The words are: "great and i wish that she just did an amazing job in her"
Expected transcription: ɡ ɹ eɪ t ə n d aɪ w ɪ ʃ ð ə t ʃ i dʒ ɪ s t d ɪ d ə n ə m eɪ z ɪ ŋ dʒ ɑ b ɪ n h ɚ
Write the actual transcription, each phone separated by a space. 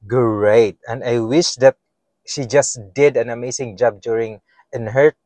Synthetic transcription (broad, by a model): ɡ ɹ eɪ t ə n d aɪ w ɪ ʃ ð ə t ʃ i dʒ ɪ s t d ɪ d ə n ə m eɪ s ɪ ŋ dʒ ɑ b ɪ n h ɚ